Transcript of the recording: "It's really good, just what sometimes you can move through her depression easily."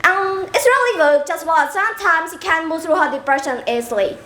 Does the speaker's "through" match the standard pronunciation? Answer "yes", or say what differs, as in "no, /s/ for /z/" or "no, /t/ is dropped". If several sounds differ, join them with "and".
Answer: yes